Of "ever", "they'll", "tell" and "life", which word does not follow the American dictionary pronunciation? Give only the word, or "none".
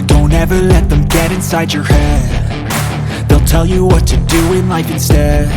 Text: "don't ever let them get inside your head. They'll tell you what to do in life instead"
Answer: none